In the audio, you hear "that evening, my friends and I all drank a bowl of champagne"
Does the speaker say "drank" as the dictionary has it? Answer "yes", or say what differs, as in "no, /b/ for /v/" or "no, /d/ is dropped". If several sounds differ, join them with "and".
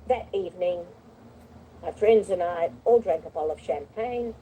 yes